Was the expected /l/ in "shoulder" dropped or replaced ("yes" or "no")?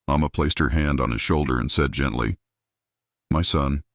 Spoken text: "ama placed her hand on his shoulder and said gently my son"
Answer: no